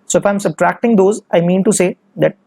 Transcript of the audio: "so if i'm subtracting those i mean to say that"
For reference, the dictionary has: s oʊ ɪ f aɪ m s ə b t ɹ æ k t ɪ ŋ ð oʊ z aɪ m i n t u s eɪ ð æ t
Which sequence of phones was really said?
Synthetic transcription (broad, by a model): s oʊ ɪ f aɪ m s ə b t ɹ æ k t ɪ ŋ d oʊ z aɪ m i n t u s eɪ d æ t